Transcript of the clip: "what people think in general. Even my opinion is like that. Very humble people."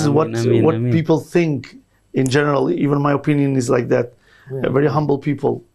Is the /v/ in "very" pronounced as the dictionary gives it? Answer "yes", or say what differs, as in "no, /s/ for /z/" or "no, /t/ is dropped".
yes